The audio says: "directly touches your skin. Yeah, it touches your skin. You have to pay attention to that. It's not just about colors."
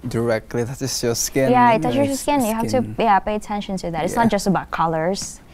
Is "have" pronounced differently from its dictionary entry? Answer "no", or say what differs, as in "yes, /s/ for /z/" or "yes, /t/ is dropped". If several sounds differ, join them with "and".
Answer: yes, /f/ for /v/